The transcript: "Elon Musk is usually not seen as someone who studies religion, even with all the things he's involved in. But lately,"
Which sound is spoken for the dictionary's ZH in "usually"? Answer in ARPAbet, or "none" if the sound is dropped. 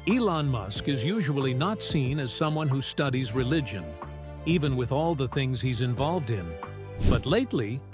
ZH